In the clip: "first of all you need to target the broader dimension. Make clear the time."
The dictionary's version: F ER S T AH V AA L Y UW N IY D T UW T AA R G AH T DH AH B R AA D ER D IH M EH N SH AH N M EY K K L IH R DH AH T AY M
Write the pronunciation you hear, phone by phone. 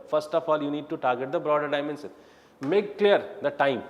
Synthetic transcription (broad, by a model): F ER S T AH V AA L Y UW N IY D T UW T AA R G AH T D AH B R AA D ER D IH M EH N S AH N M EY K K L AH R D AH T AY M